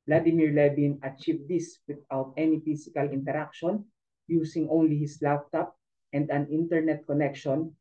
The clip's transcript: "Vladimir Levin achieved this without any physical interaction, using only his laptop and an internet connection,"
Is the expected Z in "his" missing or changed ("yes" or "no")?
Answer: yes